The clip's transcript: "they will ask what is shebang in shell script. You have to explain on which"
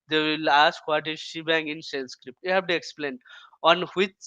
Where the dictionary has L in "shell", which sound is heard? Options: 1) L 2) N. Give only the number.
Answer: 2